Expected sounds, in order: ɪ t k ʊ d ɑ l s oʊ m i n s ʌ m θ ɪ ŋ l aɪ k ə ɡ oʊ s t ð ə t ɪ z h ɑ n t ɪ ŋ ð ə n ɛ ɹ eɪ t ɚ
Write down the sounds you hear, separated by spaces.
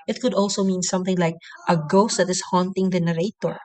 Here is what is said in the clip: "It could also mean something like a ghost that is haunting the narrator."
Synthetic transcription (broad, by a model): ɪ t k ʊ d ɑ l s oʊ m i n s ʌ m θ ɪ ŋ l aɪ k ə ɡ oʊ s t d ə t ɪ s h ɑ n t ɪ ŋ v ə n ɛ ɹ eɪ t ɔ